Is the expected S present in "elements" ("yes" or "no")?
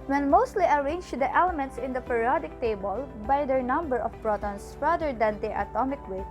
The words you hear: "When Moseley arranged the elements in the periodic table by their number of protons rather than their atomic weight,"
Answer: yes